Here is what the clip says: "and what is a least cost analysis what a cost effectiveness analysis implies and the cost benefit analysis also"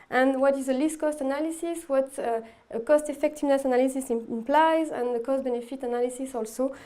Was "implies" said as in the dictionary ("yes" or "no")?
yes